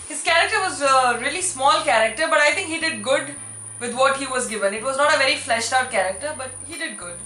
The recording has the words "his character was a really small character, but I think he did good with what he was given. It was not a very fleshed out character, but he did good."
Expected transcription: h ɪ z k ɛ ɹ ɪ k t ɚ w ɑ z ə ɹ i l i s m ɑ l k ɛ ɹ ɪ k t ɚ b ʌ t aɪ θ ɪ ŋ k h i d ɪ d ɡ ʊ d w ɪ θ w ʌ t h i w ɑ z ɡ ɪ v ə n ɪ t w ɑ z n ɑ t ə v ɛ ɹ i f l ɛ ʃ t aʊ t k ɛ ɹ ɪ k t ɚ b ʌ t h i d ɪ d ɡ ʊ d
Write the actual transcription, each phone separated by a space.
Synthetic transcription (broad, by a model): h ɪ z k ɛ ɹ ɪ k t ɚ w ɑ z ə ɹ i l i s m ɑ l k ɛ ɹ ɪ k t ɚ b ʌ t aɪ t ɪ ŋ k h i d ɪ d ɡ ʊ d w ɪ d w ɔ t h i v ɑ z ɡ ɪ v ə n ɪ t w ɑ z n ɑ t ə v ɛ ɹ i f l ɛ ʃ t aʊ t k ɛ ɹ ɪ k t ɚ b ʌ t h i d ɪ d ɡ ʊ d